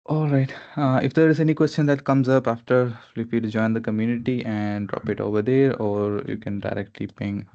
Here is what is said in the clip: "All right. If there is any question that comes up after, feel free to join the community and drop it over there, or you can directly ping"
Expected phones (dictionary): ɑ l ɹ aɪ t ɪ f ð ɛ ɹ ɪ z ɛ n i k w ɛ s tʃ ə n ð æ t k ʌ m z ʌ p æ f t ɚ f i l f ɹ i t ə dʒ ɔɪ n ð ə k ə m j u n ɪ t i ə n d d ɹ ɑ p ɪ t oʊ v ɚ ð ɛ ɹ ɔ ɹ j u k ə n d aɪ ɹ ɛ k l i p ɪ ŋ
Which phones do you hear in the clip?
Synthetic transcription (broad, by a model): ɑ l ɹ aɪ t ɪ f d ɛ ɹ ɪ z ɛ n i k w ɛ s tʃ ə n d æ t k ʌ m z ʌ p æ f t ɚ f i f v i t dʒ ɔɪ n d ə k ə m j u n ɪ t i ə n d d ɹ ɑ p ɪ t oʊ v ɚ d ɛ ɹ ɔ ɹ j u k ə n d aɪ ɹ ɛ k l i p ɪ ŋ